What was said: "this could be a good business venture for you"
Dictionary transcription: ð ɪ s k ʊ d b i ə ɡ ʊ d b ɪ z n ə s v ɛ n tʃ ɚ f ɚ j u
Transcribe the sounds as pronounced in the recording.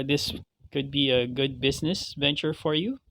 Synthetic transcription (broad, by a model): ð ɪ s k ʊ d b i ə ɡ ʊ d b ɪ z n ə s v ɛ n tʃ ɚ f ɚ j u